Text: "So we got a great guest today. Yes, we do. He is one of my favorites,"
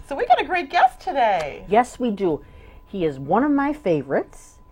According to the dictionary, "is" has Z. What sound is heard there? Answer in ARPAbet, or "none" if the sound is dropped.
Z